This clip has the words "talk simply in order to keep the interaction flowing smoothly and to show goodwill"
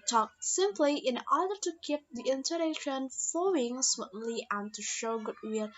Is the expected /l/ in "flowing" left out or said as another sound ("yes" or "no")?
yes